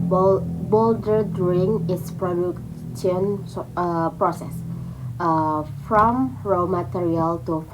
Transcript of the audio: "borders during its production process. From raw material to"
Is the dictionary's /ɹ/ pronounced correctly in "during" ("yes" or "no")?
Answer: no